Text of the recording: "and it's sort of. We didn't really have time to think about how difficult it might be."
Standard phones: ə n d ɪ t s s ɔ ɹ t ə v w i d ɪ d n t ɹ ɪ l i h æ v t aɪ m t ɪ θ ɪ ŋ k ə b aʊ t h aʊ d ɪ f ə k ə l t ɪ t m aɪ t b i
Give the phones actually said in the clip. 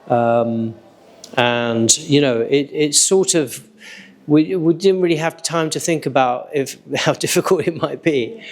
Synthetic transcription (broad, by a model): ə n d ɪ t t s ɔ ɹ t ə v w i d ɪ d n t ɹ ɪ l i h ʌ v t aɪ m t ɪ θ ɪ ŋ k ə b aʊ t h aʊ d ɪ f ə k ə l t ɪ t m aɪ t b i